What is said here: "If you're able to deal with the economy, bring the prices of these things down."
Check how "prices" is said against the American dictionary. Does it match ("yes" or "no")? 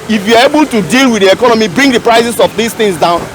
no